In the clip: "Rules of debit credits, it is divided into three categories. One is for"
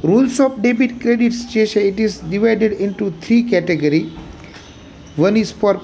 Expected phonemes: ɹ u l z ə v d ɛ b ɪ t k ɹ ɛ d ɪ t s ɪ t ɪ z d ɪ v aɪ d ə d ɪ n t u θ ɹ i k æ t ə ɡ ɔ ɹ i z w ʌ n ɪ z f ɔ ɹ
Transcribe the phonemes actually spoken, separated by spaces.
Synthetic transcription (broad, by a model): ɹ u l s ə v d ɛ b ɪ t k ɹ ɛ d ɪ t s ɪ t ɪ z d ɪ v aɪ d ə d ɪ n t u t ɹ i k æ t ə ɡ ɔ ɹ i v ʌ n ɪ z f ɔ ɹ